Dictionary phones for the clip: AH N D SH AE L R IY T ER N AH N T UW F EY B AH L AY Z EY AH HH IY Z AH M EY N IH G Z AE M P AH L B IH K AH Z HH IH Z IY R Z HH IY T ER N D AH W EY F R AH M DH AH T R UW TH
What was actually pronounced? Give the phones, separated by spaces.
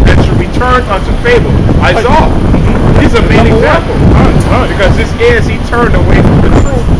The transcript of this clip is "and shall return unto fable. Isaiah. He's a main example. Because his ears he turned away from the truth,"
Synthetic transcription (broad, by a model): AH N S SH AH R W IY T ER N AH N T UW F EY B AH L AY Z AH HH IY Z AH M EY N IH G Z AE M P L B IH K AH Z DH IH S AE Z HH IY T ER N D AH W EY F R AH M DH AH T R